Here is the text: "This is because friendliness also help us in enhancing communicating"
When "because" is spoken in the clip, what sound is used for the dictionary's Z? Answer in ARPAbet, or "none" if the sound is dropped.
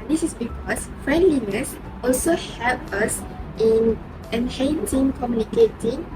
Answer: S